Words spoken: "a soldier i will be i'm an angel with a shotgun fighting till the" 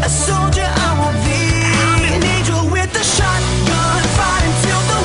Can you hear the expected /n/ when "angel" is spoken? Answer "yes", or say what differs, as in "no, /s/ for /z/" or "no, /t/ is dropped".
no, /n/ is dropped